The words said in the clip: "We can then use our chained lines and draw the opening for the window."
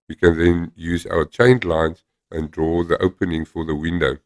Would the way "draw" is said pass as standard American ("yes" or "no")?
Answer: yes